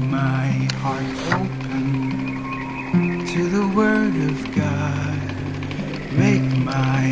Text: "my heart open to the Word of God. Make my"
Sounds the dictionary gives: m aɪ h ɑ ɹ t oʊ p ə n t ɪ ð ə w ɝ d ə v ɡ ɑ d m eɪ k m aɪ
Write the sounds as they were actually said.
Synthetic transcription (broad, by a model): m aɪ h ɑ ɹ t oʊ p ə n t ɪ ð ə w ɝ d ə v ɡ ɑ d m eɪ k m aɪ